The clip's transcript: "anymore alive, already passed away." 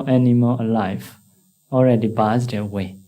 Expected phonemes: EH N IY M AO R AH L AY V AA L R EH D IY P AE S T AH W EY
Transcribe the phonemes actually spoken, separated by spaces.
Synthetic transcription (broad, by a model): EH N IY M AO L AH L AY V AA L R EH D IY B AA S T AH W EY